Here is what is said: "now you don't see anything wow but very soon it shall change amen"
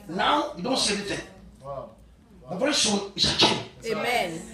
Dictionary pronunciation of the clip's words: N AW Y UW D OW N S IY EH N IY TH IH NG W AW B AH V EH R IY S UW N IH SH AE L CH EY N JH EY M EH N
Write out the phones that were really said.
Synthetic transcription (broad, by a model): N AW Y UW D OW N S IY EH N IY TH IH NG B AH V EH R IY S UW N IH S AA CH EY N EY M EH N